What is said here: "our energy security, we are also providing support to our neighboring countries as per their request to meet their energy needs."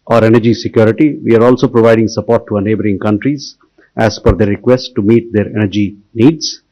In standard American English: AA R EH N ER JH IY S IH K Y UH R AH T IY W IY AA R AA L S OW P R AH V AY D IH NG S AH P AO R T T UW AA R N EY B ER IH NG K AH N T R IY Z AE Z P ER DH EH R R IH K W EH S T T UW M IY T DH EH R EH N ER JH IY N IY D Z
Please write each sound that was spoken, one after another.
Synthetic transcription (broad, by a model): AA R EH N ER JH IY S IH K Y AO R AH T IY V IY AA R AA L S OW P R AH V AY D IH NG S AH P AO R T T UW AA N EY B ER IH NG K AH N T R IY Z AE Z F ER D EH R R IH K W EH S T T UW M IY T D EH R EH N ER JH IY N IY D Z